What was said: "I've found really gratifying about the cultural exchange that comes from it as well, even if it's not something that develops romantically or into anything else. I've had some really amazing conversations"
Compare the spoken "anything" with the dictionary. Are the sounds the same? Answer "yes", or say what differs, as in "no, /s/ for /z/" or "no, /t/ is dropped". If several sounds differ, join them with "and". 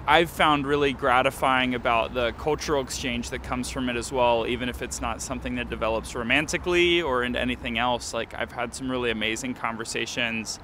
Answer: yes